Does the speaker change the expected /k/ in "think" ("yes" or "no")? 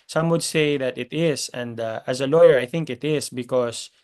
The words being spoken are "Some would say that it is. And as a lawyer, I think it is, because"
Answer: no